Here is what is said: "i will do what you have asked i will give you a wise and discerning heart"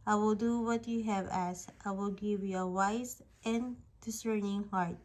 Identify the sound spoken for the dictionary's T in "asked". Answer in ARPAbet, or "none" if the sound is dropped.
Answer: T